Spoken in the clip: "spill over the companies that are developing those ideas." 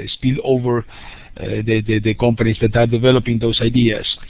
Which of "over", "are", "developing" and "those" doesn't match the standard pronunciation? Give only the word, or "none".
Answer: those